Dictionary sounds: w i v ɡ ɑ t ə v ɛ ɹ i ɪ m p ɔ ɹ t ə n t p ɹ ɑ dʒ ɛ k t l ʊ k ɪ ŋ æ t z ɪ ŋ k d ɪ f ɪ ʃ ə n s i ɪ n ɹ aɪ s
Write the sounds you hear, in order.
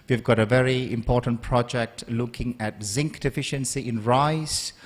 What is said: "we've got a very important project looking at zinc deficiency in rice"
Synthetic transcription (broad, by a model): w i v ɡ ɑ t ə v ɛ ɹ i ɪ m p ɔ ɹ t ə n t p ɹ ɑ dʒ ɛ k t l ʊ k ɪ ŋ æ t z ɪ ŋ k d ɪ f ɪ ʃ ə n s i ɪ n ɹ aɪ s